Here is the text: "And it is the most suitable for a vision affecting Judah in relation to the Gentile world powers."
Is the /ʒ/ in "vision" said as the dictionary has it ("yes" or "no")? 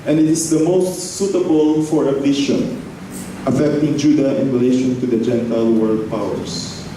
no